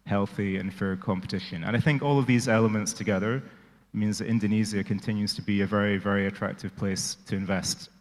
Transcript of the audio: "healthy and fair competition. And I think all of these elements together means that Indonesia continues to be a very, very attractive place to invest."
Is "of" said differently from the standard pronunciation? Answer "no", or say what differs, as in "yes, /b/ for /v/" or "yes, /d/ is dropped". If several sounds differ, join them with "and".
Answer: no